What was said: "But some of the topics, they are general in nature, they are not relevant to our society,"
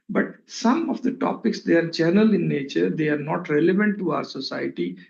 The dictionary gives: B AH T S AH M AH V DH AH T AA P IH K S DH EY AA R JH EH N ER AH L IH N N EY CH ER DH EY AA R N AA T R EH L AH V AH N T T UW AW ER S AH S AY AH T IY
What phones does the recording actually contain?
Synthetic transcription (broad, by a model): B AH T S AH M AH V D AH T AA P IH K S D EY AA R JH EH N ER AH L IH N N EY CH ER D EY AA R N AA T R EH L AH V AH N T T UW AW ER S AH S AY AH T IY